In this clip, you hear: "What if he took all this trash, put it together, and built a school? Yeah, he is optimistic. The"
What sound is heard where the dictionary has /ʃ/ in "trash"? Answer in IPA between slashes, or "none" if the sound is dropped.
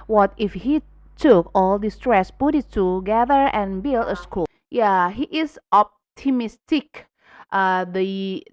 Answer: /s/